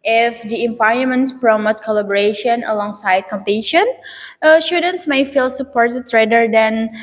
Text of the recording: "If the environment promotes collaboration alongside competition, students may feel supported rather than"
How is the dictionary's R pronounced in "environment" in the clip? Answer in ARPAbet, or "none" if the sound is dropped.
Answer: none